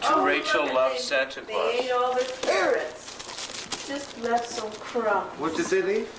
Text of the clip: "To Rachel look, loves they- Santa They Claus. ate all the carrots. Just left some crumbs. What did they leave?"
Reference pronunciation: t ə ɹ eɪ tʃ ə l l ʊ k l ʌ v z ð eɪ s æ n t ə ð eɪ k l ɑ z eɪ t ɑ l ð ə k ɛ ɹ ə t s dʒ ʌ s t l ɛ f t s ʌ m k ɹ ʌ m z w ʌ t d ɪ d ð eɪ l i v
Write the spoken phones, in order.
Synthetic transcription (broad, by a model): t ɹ eɪ ə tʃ l l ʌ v s æ n t ə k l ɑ eɪ t ɑ l ð ə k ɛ ɹ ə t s dʒ ʌ s t l ɛ f t s ʌ m k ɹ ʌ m w ʌ t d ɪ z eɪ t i